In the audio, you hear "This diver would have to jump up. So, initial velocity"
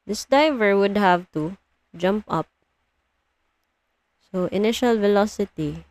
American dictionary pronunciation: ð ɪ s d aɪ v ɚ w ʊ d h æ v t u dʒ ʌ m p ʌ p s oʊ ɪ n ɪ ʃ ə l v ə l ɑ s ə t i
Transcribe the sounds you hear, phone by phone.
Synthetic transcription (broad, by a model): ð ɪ s d aɪ v ɚ w ʊ d h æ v t u dʒ ʌ m p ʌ p s oʊ ɪ n ɪ ʃ ə l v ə l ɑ s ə t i